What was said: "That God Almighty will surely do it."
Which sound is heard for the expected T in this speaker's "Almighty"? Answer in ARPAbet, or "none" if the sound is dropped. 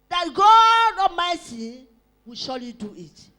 S